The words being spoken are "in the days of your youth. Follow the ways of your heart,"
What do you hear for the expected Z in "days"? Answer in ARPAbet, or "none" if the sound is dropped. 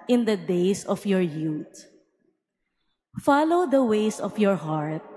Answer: S